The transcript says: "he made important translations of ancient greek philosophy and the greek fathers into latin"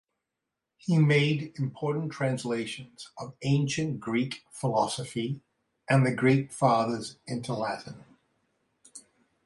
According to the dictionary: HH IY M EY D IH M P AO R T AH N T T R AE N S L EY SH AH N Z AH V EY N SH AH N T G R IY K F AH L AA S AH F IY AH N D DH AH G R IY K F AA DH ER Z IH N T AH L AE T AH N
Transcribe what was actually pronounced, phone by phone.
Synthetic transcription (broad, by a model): HH IY M EY D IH M P AO R T N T T R AE N S L EY SH AH N Z AH V EY N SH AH N G R IY K F AH L AA S AH F IY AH N DH AH G R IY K F AA DH ER Z IH N T AH L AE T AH N